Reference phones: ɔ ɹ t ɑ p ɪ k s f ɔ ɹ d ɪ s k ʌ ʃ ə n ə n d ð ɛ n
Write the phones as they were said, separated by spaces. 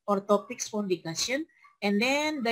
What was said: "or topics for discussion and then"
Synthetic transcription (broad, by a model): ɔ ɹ t ɑ p ɪ k s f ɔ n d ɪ k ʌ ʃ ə n ə n d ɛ n